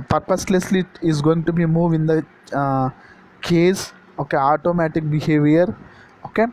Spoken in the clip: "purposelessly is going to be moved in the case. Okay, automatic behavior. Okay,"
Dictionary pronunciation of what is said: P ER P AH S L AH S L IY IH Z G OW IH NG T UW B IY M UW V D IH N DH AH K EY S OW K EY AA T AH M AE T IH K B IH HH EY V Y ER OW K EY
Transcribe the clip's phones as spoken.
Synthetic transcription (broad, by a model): P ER P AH S L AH S L IY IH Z G OW IH NG T UW B IY M UW V IH N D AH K EY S OW K EY AA T AH M AE T IH K B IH HH EY V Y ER OW K EY